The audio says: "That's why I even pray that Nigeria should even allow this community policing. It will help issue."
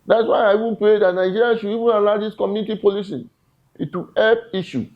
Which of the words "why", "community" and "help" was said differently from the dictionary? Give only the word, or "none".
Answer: help